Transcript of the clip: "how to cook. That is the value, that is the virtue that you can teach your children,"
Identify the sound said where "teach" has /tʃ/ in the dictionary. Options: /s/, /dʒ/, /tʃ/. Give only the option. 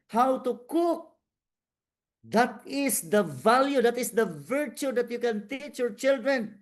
/tʃ/